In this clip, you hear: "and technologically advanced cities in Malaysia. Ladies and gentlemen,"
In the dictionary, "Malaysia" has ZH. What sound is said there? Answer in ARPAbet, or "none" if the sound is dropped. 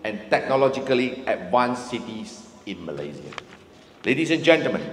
Z